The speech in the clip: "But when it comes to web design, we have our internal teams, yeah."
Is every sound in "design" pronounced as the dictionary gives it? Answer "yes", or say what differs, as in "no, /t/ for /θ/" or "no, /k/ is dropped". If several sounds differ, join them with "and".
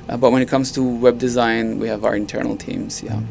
yes